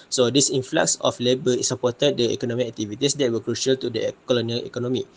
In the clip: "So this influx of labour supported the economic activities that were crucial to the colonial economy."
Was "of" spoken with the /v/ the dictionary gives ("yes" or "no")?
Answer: no